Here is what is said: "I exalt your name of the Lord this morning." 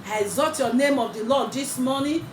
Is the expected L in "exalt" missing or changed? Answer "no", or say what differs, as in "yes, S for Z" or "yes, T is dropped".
yes, L is dropped